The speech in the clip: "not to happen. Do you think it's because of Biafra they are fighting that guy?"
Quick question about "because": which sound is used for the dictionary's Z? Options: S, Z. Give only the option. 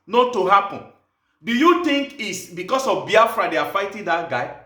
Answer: S